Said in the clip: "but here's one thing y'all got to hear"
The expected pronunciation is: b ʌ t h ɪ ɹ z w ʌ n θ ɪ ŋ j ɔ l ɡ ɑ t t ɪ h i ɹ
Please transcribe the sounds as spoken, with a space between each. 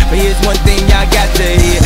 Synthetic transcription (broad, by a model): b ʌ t h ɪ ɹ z w ʌ n θ ɪ ŋ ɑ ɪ ɡ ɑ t t ɪ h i